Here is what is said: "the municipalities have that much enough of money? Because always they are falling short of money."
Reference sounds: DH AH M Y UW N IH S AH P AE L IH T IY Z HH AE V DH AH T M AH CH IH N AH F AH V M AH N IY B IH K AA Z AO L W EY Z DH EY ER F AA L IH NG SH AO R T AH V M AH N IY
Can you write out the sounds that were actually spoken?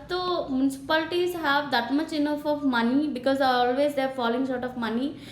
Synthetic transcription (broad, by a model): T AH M Y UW N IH S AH P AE L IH T IY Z HH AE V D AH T M AH CH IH N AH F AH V M AH N IY B IH K AA Z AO L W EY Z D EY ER F AA L IH NG S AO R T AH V M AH N IY